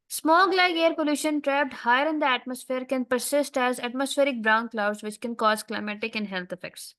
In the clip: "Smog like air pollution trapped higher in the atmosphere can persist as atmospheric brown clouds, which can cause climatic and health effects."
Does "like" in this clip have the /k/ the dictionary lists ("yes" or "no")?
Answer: no